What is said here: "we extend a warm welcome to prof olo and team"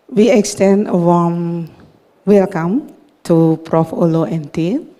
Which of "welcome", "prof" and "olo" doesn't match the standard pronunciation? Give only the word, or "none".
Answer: none